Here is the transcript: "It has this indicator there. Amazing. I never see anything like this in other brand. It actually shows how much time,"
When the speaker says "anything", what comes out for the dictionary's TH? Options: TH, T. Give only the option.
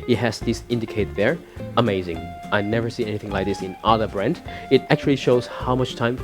TH